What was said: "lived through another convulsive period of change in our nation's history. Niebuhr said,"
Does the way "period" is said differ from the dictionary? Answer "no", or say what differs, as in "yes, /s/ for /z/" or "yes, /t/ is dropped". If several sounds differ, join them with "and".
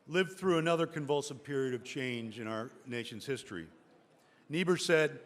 no